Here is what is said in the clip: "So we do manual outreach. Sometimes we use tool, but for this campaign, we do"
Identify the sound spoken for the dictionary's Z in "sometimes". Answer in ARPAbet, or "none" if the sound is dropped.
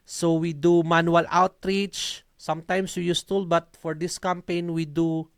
S